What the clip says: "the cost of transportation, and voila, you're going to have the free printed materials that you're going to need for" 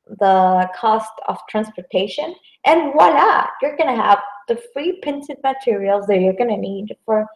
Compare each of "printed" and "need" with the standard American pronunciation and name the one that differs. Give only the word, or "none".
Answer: printed